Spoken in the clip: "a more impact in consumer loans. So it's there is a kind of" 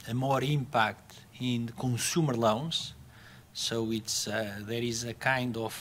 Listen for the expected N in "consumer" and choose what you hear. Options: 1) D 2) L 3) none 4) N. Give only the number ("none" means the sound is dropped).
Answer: 3